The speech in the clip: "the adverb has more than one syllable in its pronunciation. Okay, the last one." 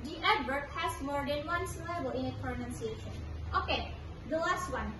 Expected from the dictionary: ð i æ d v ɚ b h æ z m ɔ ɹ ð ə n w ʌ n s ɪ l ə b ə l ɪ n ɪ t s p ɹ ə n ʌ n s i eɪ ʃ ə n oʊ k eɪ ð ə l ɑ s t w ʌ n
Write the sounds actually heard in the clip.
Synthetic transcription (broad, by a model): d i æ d b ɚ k h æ s m ɔ ɹ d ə n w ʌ n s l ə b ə l ɪ n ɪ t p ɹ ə n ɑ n s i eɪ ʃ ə n oʊ k eɪ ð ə l ɑ s t w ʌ n